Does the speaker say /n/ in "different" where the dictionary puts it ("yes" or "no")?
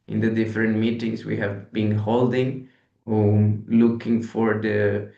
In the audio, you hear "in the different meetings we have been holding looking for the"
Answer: yes